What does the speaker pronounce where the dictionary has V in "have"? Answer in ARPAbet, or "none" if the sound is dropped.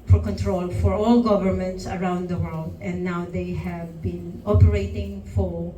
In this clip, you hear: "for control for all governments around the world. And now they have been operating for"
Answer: V